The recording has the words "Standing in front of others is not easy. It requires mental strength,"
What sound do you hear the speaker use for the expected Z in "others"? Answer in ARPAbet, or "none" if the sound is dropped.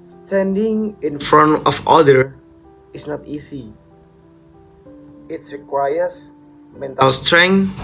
none